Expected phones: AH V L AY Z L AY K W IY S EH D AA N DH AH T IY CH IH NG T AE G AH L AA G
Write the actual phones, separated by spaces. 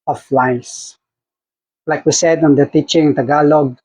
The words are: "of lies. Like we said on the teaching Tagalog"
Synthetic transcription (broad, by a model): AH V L AY S L AY K W IY S EH D AA N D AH T IY CH IH NG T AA G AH L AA G